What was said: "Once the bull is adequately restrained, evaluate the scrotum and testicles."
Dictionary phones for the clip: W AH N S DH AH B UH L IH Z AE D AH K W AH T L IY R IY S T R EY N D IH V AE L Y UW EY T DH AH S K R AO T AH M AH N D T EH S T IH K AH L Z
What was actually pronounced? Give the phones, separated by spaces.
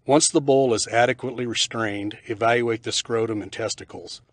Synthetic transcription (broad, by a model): W AH N S DH AH B UH L IH Z AE D AH K W AH T L IY R IY S T R EY N D IH V AE L Y UW EY T DH AH S K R AO T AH M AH N T EH S T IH K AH L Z